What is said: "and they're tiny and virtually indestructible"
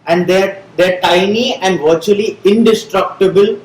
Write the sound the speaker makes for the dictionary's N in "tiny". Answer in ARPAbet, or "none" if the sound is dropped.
N